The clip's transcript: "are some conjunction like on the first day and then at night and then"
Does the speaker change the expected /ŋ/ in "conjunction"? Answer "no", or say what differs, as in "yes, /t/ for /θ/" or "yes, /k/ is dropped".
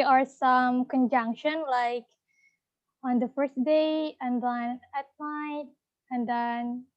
no